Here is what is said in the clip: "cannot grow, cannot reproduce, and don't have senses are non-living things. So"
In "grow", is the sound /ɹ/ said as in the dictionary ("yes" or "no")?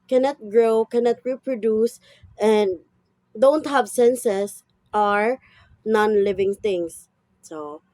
yes